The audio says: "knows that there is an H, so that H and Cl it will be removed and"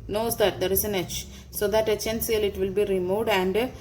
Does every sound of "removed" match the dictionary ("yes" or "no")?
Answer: no